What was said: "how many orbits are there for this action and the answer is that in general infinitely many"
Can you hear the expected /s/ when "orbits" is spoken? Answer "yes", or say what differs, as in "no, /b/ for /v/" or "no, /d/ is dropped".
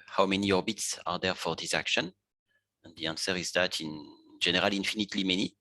yes